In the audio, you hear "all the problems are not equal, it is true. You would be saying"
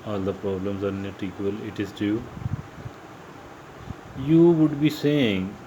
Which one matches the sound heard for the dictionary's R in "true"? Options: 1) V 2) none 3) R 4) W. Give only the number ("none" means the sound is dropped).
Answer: 2